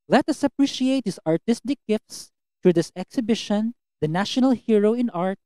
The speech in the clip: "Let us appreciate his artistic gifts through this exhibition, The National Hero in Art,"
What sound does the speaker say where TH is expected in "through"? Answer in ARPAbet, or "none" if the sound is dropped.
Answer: T